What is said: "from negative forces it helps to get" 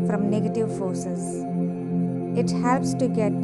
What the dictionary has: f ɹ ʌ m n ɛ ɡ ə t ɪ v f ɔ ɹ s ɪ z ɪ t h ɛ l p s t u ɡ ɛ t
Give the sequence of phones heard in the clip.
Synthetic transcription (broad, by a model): f ɹ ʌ m n ɛ ɡ ə t ɪ v f ɔ ɹ s ɪ z ɪ t h ɛ l p s t u ɡ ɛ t